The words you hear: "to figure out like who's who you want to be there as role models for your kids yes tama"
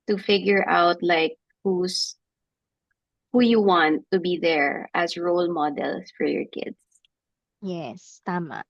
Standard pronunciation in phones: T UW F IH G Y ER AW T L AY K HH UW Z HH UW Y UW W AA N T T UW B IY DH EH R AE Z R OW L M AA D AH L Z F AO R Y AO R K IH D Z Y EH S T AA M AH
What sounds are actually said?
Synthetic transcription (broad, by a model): T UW F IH G Y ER AW T L AY K HH UW S HH UW Y UW W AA N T T UW B IY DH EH R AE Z R OW L M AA D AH L S F AO R Y AO R K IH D S Y EH S T AA M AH